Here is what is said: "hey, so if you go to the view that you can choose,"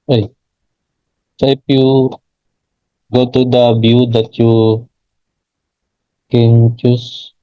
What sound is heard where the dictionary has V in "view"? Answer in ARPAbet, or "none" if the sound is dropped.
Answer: B